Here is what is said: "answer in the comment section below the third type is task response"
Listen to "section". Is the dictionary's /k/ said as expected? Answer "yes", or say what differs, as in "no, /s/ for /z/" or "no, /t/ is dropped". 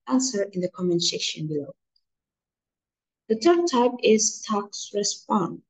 no, /k/ is dropped